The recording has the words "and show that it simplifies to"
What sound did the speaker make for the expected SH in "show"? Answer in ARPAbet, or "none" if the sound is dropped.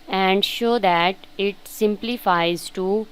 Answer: SH